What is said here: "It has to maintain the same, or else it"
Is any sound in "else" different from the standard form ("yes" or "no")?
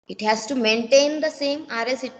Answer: yes